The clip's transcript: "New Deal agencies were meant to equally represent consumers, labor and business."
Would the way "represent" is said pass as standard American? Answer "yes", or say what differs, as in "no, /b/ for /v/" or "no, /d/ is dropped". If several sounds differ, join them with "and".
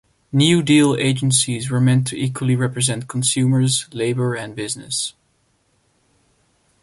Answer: yes